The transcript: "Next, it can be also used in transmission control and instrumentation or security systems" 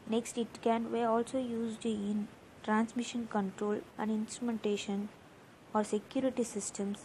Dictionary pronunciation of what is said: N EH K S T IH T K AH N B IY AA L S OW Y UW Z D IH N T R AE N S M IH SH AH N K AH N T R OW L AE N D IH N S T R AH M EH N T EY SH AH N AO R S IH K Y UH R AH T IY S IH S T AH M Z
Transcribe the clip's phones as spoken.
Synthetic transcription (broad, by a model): N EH K S T IH T K AH N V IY AA L S OW Y UW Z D IH N T R AE N S M IH SH AH N K AH N T R OW L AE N D IH N S T R AH M EH N T EY SH AH N AO R S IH K Y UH R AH T IY S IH S T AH M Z